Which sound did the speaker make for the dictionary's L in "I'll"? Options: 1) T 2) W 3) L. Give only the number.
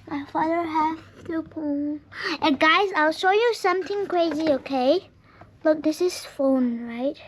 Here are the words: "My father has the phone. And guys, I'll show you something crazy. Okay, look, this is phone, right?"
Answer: 3